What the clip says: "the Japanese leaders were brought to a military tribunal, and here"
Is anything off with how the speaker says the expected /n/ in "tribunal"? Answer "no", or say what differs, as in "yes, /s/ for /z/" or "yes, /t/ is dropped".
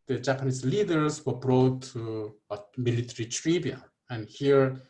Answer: yes, /n/ is dropped